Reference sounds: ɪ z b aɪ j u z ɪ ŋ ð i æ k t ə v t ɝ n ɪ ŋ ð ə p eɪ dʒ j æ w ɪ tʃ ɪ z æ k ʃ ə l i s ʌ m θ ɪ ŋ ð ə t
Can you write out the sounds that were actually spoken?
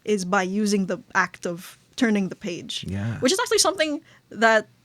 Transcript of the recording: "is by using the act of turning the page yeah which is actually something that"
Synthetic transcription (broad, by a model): ɪ z b aɪ j u z ɪ ŋ ð i æ k t ə v t ɝ n ɪ ŋ ð ə p eɪ dʒ j æ w ɪ tʃ ɪ z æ k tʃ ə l i s ʌ m θ ɪ ŋ ð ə t